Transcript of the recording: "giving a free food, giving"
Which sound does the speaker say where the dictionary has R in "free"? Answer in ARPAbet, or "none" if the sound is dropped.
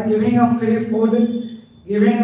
none